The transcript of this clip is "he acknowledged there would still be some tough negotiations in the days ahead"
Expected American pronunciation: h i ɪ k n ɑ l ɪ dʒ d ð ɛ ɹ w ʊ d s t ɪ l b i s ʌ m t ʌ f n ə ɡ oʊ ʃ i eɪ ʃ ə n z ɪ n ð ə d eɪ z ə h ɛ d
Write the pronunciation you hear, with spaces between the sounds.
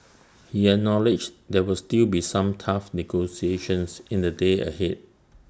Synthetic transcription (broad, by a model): h i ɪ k n ɑ l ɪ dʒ d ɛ w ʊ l s t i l b i s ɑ m t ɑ f n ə ɡ oʊ s i eɪ ʃ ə n s ɪ n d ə d eɪ ə h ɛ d